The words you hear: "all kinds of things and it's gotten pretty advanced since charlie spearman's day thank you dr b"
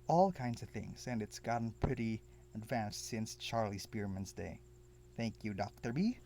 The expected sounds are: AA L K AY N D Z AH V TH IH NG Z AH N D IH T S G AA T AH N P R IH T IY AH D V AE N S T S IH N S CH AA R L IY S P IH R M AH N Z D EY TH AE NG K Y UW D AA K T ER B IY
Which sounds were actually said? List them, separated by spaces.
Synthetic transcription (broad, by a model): AA L K AY N D Z AH V TH IH NG Z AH N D IH T S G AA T N P R IH T IY AH D V AE N S T S IH N S CH AA R L IY S P IH R M AH N Z D EY TH AE NG K Y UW D AA K T ER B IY